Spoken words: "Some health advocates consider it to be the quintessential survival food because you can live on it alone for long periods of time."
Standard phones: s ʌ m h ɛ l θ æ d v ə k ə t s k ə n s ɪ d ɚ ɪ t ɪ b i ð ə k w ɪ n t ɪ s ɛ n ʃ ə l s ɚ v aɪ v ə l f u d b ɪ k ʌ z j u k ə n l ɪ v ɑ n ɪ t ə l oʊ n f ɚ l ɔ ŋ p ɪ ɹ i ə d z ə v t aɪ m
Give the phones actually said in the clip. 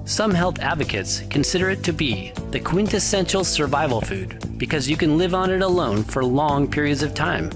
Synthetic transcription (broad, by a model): s ʌ m h ɛ l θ æ d v ə k ə t s k ə n s ɪ d ɚ ɪ t ɪ b i ð ə k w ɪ n t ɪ s ɛ n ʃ l s ɚ v aɪ v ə l f u d b ɪ k ʌ z j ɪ k ə n l ɪ v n ɪ t ə l oʊ n f ɚ l ɔ ŋ p ɪ ɹ i ə d z ə v t aɪ m